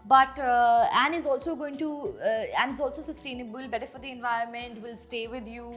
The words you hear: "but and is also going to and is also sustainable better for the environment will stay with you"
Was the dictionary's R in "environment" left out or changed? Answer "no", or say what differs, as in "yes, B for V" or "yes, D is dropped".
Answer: no